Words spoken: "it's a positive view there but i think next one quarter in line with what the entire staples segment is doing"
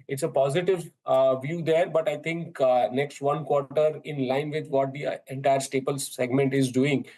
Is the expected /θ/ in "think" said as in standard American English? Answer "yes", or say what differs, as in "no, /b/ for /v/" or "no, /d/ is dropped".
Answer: no, /t/ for /θ/